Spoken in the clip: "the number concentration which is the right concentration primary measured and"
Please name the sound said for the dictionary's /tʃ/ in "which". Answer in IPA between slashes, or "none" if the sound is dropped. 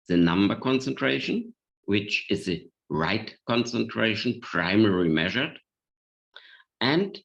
/tʃ/